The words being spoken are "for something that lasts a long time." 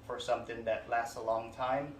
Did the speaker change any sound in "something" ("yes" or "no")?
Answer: no